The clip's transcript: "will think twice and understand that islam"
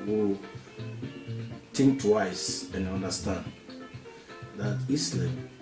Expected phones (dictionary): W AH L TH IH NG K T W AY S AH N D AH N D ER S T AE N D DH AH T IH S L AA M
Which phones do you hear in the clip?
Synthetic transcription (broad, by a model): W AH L T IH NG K T W AY S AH N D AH N D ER S T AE N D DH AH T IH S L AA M